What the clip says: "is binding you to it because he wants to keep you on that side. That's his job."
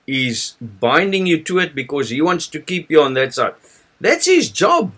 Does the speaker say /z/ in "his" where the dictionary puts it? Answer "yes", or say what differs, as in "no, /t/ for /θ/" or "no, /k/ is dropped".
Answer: yes